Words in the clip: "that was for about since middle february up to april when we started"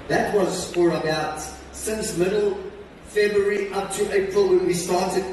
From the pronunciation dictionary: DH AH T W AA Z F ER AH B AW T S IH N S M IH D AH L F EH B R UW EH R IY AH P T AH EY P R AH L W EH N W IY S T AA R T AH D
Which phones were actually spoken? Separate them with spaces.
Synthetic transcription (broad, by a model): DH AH T W AA Z F ER AH B AW T S IH N S M IH D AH L F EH B R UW R IY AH P T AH EY P R AH L W EH N W IY S T AA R T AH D